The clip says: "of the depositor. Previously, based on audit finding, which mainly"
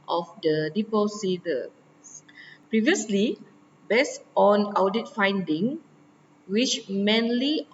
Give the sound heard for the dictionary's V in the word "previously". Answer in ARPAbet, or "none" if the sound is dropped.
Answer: V